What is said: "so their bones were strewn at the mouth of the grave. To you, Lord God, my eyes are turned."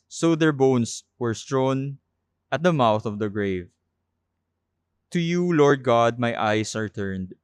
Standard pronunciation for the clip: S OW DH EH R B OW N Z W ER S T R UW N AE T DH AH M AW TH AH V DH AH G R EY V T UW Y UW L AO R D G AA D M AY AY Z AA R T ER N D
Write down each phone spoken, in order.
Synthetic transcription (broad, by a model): S OW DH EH R B OW N S W ER S T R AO N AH T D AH M AW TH AH V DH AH G R EY V T UW Y UW L AO R D G AA D M AY AY S AA R T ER N D